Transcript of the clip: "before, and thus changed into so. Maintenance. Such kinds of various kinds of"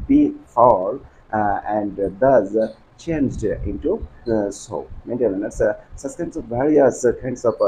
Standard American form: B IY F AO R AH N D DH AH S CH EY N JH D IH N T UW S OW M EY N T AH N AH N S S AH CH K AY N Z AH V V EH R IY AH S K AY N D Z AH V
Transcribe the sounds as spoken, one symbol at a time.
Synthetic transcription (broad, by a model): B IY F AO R AH N D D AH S CH EY N JH D IH N T UW S OW M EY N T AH L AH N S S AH S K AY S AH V V EH R IY AH S K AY N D S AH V